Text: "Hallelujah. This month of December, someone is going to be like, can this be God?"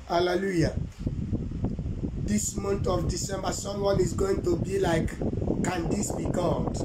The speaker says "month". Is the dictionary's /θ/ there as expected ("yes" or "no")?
no